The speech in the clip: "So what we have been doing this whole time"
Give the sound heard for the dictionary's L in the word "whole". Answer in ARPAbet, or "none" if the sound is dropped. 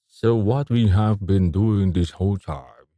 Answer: L